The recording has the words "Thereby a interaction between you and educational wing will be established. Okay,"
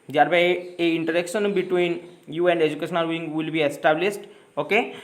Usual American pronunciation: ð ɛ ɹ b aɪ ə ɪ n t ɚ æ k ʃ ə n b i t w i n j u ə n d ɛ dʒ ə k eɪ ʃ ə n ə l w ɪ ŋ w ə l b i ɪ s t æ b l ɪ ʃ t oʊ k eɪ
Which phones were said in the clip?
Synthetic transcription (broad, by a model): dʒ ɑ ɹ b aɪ ə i n t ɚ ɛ k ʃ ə n b i t w i n j u ə n d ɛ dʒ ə k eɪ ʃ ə n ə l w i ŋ w ə l b i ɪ s t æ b l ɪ s t oʊ k eɪ